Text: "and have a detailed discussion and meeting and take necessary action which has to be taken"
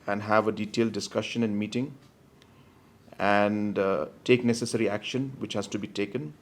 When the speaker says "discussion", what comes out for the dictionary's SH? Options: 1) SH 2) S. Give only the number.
1